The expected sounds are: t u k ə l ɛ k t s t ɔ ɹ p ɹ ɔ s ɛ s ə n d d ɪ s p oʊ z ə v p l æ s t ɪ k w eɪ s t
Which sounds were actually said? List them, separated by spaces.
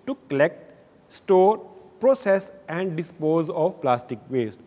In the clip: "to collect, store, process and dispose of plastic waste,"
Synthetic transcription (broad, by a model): t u k ə l ɛ k t s t ɔ ɹ p ɹ ɔ s ɛ s ə n d d ɪ s p oʊ z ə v p l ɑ s t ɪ k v eɪ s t